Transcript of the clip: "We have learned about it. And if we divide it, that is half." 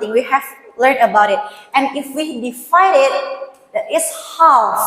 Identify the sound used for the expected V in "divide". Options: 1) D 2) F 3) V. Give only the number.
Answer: 2